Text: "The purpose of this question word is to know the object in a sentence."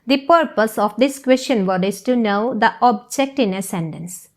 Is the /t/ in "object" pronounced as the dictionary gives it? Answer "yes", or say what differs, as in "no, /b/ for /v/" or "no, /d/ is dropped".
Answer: yes